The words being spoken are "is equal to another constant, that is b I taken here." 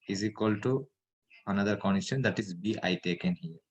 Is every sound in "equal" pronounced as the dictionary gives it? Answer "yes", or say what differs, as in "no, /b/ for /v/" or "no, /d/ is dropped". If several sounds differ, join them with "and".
yes